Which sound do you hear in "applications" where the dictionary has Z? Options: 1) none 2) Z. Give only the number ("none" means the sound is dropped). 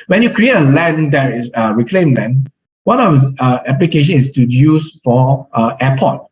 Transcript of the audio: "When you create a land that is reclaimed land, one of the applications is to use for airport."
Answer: 1